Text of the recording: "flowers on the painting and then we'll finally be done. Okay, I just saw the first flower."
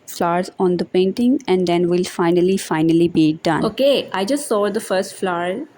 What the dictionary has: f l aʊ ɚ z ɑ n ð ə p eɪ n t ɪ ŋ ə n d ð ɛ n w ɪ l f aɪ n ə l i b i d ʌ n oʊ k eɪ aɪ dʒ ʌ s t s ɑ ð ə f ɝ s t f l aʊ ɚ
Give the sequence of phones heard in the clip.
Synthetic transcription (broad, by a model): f l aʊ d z ɑ n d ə p eɪ n t ɪ ŋ ə n d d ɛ n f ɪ l f aɪ n ə l i b i d ʌ n oʊ k eɪ aɪ dʒ ʌ s t s ɑ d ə f ɝ s t f l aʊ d